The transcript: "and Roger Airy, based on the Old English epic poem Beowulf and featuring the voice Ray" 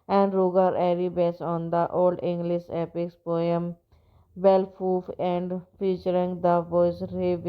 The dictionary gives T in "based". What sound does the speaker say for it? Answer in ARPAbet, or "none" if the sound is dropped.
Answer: none